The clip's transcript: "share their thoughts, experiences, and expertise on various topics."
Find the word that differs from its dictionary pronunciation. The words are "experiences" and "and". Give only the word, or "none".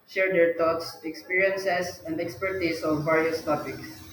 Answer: experiences